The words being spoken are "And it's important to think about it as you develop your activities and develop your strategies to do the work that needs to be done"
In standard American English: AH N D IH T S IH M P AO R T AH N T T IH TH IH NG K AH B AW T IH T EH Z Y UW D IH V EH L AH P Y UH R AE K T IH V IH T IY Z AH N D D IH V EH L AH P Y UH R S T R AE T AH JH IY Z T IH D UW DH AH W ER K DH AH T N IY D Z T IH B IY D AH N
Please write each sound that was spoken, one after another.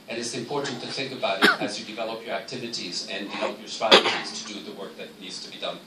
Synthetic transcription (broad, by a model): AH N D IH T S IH M P AO R T N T T IH TH IH NG K AH B AW T IH T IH Z Y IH D IH V EH L AH P Y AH R AE K T IH V IH T IY Z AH N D D IH V EH L AH P Y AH R S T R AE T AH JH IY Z T IH D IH DH AH W ER K DH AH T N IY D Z T IH B IY D AH N